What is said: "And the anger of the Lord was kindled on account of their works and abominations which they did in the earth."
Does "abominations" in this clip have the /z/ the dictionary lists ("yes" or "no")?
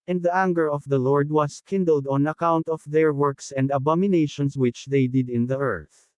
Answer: no